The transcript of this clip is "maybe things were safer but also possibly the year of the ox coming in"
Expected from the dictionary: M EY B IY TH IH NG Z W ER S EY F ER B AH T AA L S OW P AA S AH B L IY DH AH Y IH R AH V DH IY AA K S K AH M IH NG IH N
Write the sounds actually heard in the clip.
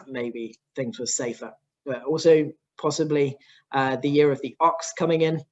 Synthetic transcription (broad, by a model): M EY B IY TH IH NG Z W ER S EY F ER B AH T AA L S OW P AA S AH B L IY DH AH Y IH R AH V DH IY AA K S K AH M IH NG IH N